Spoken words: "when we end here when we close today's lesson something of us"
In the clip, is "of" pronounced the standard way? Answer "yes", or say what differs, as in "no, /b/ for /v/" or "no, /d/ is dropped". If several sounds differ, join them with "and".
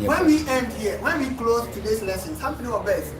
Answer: no, /b/ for /v/